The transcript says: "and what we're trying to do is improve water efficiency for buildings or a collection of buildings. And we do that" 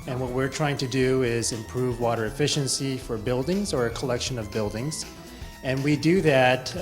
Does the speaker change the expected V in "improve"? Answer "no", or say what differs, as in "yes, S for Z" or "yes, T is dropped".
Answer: no